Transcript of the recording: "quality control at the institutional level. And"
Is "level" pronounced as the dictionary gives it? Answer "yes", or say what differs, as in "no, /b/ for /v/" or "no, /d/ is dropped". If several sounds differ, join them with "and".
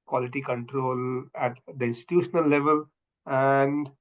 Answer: yes